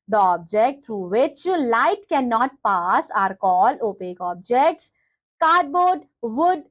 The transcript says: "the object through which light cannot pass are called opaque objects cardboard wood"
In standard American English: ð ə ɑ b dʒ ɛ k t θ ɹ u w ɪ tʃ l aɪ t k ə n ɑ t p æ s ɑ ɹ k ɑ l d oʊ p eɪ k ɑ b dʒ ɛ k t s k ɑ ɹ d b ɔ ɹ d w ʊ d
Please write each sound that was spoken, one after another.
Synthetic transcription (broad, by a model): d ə ɑ b dʒ ɛ k t t ɹ u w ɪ tʃ l aɪ t k ə n ɑ t p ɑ s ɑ ɹ k ɑ l oʊ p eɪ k ɑ b dʒ ɛ k t s k ɑ ɹ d b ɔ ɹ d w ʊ d